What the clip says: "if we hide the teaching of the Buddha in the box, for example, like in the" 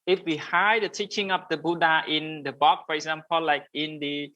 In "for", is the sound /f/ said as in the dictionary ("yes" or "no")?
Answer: yes